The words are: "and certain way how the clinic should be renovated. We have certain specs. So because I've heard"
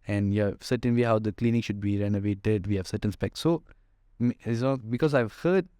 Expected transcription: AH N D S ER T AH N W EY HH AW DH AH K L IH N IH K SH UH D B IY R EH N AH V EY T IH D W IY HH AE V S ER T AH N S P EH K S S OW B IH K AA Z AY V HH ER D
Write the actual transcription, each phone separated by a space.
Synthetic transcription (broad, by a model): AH N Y S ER T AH N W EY HH AW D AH K L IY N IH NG SH UH D B IY R EH N AH V EY T IH D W IY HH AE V S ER T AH N S P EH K S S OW B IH K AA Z AY V HH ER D